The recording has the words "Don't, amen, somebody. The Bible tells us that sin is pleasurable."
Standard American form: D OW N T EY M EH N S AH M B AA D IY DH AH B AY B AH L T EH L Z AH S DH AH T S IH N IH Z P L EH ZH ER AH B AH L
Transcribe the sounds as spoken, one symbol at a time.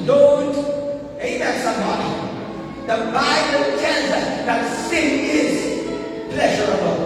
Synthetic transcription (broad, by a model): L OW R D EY EH S AH M B AA D IY DH AH B AY B AH L T EH L Z AH S DH AH T S IH N IH Z P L EH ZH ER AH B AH L